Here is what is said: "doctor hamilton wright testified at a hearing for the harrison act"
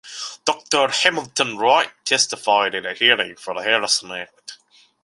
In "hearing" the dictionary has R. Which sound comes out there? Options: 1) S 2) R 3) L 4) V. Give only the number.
2